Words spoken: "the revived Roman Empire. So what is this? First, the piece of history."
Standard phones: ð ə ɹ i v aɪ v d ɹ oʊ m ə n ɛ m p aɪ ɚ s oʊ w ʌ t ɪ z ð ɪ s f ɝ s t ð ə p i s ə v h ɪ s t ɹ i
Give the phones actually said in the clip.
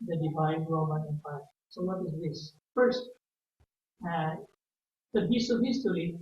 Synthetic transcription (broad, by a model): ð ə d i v aɪ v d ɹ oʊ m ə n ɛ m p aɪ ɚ s oʊ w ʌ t ɪ z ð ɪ s f ɝ s t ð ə b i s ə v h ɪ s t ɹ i